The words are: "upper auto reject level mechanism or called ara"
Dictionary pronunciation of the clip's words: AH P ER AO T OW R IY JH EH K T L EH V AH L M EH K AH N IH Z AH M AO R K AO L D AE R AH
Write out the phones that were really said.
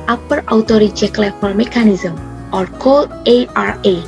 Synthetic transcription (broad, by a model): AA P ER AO T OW R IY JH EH K L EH F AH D M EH K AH N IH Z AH M AO R K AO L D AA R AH